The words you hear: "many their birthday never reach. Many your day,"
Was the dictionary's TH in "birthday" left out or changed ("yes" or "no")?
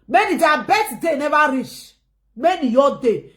yes